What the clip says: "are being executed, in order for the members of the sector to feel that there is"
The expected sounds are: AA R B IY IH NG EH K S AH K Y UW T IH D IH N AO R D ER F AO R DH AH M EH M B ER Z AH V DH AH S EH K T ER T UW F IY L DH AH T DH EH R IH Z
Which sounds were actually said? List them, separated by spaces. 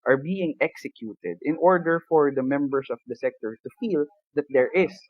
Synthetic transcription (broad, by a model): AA R B IY IH NG EH K S AH K Y UW T IH D IH N AO R D ER F AO R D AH M EH M B ER S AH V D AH S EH K T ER T UW F IY L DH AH T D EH R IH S